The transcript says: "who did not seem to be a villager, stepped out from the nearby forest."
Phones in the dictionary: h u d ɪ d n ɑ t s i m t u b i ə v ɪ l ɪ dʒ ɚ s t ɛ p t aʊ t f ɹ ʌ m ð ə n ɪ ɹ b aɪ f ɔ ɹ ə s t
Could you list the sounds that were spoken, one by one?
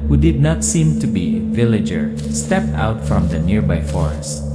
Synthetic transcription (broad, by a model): h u d ɪ d n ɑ t s i m t u b i v ɪ l ɪ dʒ ɚ s t ɛ p t aʊ t f ɹ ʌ m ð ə n ɪ ɹ b aɪ f ɔ ɹ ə s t